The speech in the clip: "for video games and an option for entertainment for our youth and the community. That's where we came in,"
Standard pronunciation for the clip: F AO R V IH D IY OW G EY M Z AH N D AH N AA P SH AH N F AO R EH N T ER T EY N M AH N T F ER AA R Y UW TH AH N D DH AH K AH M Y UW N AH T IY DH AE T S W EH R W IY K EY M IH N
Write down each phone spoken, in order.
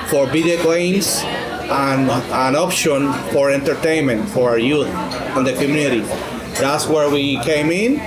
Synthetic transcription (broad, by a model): F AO R B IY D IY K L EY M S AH N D AH N AA P SH AH N F AO R EH N T ER T EY N M AH N T F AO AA R Y UW TH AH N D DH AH K AH M Y UW N AH T IY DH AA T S W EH R W IY K EY M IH N